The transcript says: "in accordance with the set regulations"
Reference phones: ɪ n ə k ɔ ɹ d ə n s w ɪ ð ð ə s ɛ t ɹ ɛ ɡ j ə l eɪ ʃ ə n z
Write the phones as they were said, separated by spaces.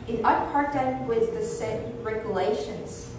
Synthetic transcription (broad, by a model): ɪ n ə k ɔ ɹ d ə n w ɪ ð ð ə s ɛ ɹ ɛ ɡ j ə l eɪ ʃ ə n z